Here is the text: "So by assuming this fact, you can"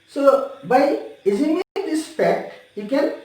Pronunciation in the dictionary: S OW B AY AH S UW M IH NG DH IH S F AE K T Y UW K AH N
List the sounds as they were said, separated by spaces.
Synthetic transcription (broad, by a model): S OW B AY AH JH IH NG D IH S P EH K T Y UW K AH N